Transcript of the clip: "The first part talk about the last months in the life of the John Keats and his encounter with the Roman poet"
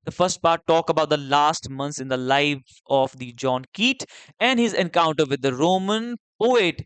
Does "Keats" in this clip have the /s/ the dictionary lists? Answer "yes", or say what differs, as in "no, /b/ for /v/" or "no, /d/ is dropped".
no, /s/ is dropped